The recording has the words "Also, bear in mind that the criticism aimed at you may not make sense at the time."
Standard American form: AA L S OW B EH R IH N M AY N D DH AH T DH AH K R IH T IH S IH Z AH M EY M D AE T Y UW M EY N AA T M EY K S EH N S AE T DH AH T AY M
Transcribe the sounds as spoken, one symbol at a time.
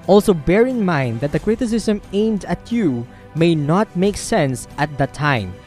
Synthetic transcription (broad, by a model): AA L S OW B EH R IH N M AY N D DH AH T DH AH K R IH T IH S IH S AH M EY M D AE T Y UW M EY N AA T M EY K S EH N S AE T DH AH T AY M